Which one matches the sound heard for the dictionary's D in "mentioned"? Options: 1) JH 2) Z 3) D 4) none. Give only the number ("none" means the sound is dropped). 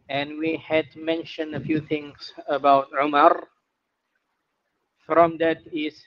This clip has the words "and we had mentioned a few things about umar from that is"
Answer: 3